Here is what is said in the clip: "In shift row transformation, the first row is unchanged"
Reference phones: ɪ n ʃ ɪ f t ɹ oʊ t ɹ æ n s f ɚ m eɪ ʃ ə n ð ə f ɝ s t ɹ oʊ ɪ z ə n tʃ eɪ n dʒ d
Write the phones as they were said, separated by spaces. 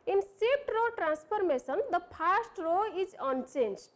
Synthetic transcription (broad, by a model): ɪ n s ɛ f t ɹ oʊ t ɹ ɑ n s p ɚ m eɪ s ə n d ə p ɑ s t ɹ oʊ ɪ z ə n tʃ eɪ n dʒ